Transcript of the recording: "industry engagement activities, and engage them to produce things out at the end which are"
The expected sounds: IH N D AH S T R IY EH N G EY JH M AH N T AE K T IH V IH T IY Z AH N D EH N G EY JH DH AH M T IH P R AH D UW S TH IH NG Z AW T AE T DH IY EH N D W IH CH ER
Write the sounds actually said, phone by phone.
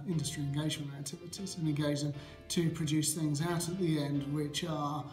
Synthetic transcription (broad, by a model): IH N D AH S T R IY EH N G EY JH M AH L AE K T IH V IH T IY Z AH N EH G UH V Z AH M T IH P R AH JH UW S TH IH NG Z AW T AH T DH IY EH N D W IH CH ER